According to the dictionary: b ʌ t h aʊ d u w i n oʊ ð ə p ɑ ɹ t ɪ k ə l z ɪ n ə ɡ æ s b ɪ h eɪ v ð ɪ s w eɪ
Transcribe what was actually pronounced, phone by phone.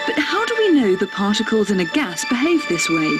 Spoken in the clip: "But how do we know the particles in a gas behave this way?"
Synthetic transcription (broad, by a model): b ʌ t h aʊ d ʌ w i n oʊ ð ə p ɑ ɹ t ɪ k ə l z ɪ n ə ɡ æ s b ɪ h eɪ v ð ɪ s w eɪ